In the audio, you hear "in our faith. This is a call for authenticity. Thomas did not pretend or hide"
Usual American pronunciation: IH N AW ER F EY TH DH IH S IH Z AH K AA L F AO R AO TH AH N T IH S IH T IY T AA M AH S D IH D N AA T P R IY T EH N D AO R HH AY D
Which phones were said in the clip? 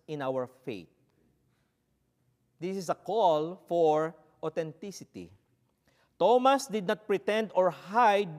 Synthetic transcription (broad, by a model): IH N AW ER F EY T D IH S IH S AH K AA L F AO R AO T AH N T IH S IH T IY T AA M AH S D IH D N AA T P R IY T EH N D AO R HH AY D